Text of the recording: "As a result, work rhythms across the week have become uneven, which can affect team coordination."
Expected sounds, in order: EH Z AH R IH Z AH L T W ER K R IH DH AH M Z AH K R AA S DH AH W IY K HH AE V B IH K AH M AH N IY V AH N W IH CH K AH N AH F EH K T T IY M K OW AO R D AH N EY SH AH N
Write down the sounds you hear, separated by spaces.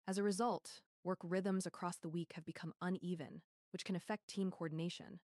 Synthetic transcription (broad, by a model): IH Z AH R IH Z AH L T W ER K R IH DH AH M Z AH K R AA S DH AH W IY K HH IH V B IH K AH M AH N IY V AH N W IH CH K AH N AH F EH K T T IY M K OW AO R D N EY SH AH N